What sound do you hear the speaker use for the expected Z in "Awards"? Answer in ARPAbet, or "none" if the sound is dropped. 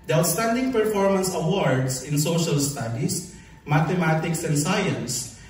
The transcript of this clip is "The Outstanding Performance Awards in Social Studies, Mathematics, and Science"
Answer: S